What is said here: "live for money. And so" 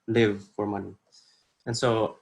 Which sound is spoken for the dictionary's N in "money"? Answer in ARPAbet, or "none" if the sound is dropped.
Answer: N